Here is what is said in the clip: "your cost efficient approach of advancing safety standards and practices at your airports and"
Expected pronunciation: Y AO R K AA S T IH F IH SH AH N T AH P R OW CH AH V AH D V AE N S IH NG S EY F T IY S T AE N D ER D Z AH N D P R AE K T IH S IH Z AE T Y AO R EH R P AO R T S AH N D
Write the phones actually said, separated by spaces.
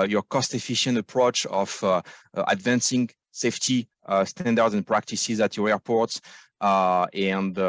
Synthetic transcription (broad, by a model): Y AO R K AA S T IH F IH SH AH N T AH P R OW CH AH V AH D V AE N S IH NG S EY F T IY S T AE N D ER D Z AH N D P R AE K T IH S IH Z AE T Y AO R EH R P AO R T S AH N D